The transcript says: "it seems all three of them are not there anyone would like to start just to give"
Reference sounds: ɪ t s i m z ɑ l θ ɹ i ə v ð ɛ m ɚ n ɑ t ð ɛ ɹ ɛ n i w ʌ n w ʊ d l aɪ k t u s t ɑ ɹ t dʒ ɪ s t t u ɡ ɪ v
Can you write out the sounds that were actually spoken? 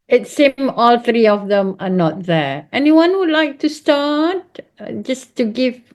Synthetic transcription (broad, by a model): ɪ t s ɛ m ɑ l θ ɹ i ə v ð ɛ m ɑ n ɑ t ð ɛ ɛ n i w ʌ n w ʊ d l aɪ k t u s t ɑ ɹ t dʒ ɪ s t t u ɡ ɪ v